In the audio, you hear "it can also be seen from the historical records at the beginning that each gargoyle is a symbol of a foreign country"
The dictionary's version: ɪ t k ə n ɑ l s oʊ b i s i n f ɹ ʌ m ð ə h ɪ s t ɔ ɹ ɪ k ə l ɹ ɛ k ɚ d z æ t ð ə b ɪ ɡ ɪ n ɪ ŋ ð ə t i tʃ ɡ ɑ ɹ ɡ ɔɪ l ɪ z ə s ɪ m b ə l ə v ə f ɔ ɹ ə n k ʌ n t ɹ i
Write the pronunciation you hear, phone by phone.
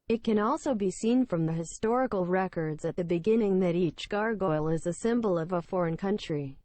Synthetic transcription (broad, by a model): ɪ t k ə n ɑ l s oʊ b i s i n f ɹ ʌ m ð ə h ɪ s t ɔ ɹ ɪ k l ɹ ɛ k ɚ d z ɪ t ð ə b ɪ ɡ ɪ n ɪ ŋ ð ə t i tʃ ɡ ɑ ɹ ɡ ɔɪ l ɪ z ə s ɪ m b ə l ə v ə f ɔ ɹ ə n k ʌ n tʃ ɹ i